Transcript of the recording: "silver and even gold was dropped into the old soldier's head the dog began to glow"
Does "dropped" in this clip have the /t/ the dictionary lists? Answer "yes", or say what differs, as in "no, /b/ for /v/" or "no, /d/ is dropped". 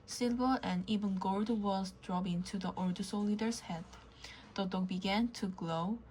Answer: no, /t/ is dropped